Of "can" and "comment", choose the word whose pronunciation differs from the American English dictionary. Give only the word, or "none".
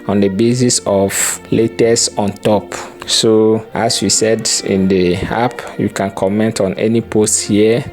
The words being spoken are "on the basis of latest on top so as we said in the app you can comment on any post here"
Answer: none